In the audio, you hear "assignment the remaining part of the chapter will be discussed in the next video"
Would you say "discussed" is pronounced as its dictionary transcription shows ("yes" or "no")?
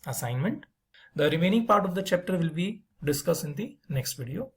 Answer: no